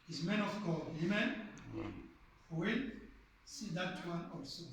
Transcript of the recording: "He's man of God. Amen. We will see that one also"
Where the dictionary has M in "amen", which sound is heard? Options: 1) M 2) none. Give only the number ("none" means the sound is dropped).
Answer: 1